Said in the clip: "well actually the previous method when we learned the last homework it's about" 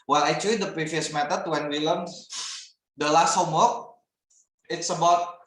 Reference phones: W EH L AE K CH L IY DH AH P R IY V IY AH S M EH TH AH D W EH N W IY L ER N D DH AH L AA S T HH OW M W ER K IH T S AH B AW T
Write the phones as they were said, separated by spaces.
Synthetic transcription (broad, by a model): W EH L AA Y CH IY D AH P R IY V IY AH S M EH T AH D W EH N W IY L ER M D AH L AA S T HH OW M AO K IH T S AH B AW T